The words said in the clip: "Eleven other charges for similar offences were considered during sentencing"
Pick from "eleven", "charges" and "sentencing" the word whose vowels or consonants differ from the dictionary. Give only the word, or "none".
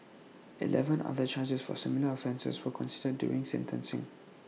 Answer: charges